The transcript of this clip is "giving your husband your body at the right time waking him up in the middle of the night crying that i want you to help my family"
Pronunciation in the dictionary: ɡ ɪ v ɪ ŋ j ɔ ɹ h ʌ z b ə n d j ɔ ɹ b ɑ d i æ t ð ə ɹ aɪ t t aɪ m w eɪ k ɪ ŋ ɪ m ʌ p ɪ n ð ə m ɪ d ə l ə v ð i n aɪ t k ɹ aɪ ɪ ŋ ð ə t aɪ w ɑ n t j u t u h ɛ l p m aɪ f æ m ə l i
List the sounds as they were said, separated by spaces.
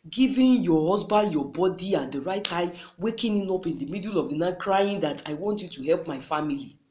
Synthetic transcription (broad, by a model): ɡ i v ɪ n j ɔ h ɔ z b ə n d j ɔ b ɑ d i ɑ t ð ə ɹ aɪ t t aɪ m w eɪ k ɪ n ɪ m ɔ p ɪ n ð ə m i d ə l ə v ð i n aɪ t k ɹ aɪ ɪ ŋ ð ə t aɪ w ɑ n t j u t u h ɛ l p m aɪ f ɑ m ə l i